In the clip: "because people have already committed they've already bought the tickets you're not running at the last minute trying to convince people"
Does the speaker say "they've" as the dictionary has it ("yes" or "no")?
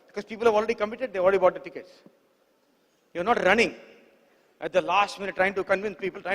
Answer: no